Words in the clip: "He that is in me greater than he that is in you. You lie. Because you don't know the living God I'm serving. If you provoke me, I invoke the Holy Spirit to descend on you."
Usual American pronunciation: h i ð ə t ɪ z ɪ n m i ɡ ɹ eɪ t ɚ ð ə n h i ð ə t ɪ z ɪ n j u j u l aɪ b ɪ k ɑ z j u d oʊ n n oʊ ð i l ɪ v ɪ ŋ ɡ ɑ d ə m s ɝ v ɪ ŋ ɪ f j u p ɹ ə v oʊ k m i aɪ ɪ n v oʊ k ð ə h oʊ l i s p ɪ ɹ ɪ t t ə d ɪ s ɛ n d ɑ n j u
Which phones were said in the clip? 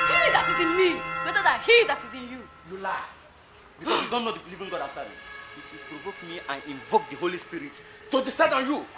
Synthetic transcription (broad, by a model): h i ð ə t ɪ z ɪ n m i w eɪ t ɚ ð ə h i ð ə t ɪ z ɪ n j u j u l aɪ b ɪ k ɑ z j u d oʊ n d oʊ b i l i v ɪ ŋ ɡ ɑ d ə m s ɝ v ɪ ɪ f j u p ɹ ə v oʊ k m i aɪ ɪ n v oʊ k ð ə h oʊ l i s p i ɹ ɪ t t ə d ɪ s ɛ d ɑ n j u